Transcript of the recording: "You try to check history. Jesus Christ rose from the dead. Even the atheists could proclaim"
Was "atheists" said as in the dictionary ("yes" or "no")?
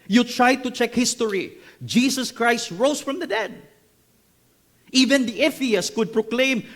no